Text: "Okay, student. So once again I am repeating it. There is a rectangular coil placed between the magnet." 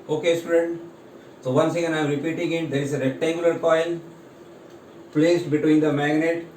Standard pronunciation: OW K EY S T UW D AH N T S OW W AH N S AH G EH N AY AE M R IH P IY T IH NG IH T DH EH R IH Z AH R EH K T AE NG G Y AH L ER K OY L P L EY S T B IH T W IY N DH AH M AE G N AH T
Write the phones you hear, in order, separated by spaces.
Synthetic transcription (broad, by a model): OW K EY S T UW D AH N T S OW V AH N S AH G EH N AY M R IH P IY T IH NG IH T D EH R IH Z AH R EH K T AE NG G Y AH L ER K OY N P L EY S T B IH T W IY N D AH M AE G N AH T